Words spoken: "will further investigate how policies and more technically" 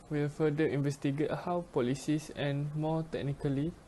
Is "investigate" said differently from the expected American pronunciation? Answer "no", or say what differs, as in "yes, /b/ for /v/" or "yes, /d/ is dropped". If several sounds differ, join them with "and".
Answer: no